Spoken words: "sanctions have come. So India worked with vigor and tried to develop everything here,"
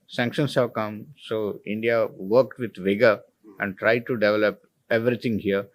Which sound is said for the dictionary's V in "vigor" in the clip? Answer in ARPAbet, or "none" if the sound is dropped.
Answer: V